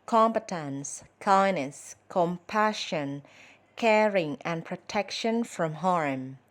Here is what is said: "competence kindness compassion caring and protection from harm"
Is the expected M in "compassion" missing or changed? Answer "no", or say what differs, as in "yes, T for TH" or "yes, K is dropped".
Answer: no